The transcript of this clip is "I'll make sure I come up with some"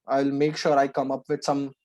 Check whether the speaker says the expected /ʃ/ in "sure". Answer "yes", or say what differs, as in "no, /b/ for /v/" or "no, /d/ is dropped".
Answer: yes